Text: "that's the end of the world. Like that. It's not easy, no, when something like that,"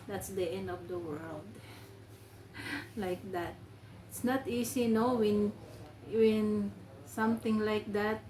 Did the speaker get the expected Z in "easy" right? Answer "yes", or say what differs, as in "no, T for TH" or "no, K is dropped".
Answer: no, S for Z